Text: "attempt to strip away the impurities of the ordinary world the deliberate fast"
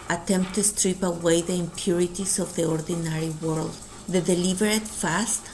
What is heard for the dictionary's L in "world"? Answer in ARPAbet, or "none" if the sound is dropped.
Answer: L